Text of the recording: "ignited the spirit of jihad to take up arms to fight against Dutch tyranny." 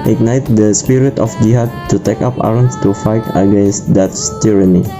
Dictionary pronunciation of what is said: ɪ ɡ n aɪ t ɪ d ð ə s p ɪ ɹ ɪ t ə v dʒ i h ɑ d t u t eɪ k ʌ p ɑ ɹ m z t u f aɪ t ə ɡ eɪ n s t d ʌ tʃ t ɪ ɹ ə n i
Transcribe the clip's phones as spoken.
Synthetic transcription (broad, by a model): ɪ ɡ n aɪ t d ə s p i ɹ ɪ t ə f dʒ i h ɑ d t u t eɪ k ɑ p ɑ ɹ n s t u f aɪ t ə ɡ eɪ n s t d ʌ s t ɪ ɹ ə n i